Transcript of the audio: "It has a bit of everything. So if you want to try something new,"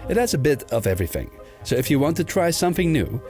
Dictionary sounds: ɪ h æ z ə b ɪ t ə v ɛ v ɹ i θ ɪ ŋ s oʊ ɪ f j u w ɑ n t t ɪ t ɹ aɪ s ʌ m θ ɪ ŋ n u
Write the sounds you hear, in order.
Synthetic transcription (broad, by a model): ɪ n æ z ə b ɪ t ə v ɛ v ɹ i θ ɪ ŋ s oʊ ɪ f j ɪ w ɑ n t t ɪ t ɹ aɪ s ʌ m θ ɪ ŋ n u